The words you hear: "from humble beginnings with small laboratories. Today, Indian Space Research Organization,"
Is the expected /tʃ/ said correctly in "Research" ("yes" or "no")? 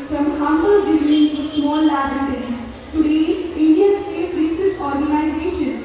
no